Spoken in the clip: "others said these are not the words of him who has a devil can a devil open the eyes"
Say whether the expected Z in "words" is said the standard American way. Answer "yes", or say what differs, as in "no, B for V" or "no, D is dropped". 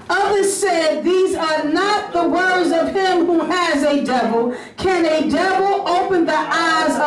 yes